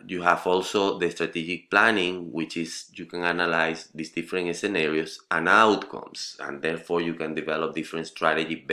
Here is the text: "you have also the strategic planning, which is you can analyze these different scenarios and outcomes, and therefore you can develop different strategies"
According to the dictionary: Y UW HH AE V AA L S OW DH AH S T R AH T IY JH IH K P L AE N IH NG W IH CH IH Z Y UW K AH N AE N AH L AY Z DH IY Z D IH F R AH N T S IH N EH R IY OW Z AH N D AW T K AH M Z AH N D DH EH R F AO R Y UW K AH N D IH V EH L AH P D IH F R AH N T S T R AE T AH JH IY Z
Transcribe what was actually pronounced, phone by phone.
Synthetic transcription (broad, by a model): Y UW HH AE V AA L S OW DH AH S T R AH T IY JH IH K P L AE N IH NG W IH CH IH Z Y UW K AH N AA N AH L AY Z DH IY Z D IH F R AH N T S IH N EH R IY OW S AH N AW T K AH M S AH N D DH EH R F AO R Y UW K AH N D IH V EH L AH P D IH F R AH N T S T R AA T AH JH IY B